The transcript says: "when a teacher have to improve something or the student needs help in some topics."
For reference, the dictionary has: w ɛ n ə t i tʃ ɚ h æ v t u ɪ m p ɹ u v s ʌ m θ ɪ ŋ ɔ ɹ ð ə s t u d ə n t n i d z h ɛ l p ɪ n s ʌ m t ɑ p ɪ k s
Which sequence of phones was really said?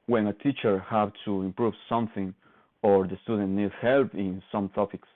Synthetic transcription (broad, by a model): w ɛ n ə t i tʃ ɚ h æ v t u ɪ m p ɹ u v s ʌ m θ ɪ ŋ ɔ ɹ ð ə s t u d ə n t n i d h ɛ l p ɪ n s ʌ m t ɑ p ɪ k s